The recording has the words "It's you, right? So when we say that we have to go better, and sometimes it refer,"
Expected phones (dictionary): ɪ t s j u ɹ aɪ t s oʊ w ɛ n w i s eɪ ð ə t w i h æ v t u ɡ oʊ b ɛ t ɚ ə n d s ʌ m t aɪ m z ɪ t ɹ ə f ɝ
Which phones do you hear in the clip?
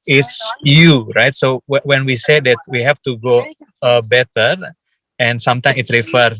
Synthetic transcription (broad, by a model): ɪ t s j u ɹ aɪ t s oʊ w ɛ n w i s eɪ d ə t w i h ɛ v t u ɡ oʊ b ɛ t ɚ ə n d s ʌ m t aɪ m ɪ t ɹ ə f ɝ